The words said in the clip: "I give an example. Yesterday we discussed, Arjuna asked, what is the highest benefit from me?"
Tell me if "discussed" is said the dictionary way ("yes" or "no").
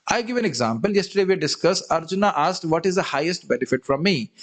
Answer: no